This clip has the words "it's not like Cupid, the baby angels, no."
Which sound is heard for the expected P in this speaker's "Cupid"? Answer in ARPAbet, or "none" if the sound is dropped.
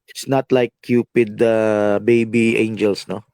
P